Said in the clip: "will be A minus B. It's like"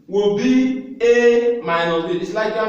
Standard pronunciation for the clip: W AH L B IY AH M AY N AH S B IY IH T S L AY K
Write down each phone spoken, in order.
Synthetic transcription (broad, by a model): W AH B IY AH M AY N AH B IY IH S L AY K